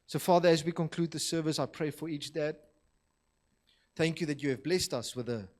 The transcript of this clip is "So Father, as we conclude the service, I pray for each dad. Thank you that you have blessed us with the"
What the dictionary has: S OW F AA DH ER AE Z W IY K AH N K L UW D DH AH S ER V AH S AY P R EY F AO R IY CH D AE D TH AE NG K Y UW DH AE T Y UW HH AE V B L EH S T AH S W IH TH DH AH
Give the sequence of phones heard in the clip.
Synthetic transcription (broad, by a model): S OW F AA DH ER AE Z W IY K AH N K L UW D DH AH S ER V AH S AY P R EY F AO R IY CH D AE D TH AE NG K Y UW DH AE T Y UW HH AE V B L EH S T AH S W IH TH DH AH